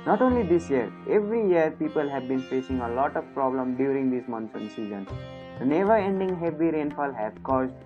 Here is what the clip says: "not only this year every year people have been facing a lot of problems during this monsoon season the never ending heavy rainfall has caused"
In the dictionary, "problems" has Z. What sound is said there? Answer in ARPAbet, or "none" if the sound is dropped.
none